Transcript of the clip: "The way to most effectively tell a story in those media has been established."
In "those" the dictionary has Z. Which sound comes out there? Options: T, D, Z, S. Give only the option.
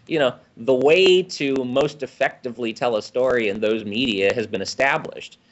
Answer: Z